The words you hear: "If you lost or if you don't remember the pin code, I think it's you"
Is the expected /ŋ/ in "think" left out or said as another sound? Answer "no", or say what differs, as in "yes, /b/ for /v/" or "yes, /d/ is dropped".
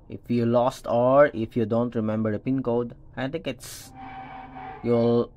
yes, /ŋ/ is dropped